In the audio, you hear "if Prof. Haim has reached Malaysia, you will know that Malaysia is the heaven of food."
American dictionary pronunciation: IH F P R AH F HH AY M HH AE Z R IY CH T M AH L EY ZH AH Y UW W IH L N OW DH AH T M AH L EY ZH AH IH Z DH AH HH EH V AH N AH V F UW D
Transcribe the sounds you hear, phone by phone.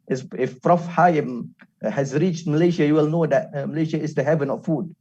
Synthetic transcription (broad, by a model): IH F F R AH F HH AY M HH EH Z R IY CH T M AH L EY SH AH Y UW W IH L N OW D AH T M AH L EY SH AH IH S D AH HH EH V AH N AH F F UW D